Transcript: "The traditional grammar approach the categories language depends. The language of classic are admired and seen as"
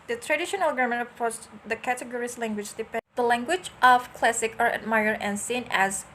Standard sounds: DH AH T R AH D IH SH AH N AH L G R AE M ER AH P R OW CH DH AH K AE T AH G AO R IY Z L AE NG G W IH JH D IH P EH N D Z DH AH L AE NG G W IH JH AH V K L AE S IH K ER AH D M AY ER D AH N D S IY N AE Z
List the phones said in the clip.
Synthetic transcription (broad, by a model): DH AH T R AH D IH SH AH N AH L G AH M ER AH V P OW S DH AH K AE T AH G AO R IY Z L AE NG G W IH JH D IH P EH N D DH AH L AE NG G W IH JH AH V K L AE S IH K ER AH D M AY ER AH N S IY N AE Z